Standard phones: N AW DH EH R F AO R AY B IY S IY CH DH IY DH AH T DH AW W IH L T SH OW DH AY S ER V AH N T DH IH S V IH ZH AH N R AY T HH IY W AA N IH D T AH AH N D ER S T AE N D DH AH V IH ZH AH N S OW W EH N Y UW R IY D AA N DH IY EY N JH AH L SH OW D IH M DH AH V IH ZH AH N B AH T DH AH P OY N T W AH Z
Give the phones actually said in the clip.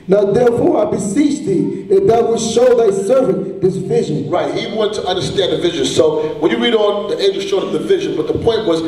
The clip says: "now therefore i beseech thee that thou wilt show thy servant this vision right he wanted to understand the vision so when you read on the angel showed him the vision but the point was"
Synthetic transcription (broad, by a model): N AW DH EH R F AO R AY B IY S IY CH DH IY DH AH T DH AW W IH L SH OW DH AY S ER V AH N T DH IH S V IH ZH AH N R AY T HH IY W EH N T AH AH N D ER S T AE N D DH AH V IH ZH AH N S OW W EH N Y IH R IY D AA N DH IY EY JH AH SH OW D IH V DH AH V IH ZH AH N B AH T DH AH P OY N T W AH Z